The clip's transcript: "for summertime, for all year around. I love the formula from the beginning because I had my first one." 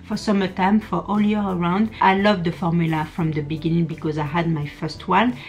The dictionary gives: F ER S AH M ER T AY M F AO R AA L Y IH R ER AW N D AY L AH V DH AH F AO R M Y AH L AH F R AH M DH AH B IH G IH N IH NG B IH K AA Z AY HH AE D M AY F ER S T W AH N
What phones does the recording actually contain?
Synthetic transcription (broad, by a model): F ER S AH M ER T AY M F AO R AA L Y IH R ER AW N D AY L AH V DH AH F AO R M Y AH L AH F R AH M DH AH B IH G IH N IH NG B IH K AA Z AY HH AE D M AY F ER S T W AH N